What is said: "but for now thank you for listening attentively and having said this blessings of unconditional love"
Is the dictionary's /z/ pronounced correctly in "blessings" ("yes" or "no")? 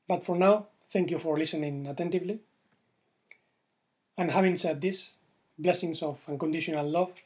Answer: no